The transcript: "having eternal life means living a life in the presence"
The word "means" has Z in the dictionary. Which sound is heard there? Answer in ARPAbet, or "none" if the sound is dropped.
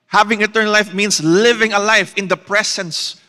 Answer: S